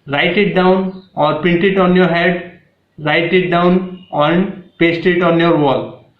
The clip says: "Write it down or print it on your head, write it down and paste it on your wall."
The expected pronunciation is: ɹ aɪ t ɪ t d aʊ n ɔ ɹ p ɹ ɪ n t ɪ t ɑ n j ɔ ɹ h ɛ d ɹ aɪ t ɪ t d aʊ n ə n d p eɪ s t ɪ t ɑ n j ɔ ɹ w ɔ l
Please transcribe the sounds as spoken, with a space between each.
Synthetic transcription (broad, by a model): ɹ aɪ t ɪ t d aʊ n ɔ ɹ p ɪ n t ɪ t ɑ n j ɔ ɹ h ɛ d ɹ aɪ t ɪ t d aʊ n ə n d p eɪ s t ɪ t ɑ n j ɔ ɹ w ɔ l